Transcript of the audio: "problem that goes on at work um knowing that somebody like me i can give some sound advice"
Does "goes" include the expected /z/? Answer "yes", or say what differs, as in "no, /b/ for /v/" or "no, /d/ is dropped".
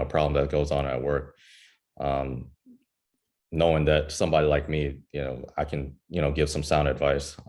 yes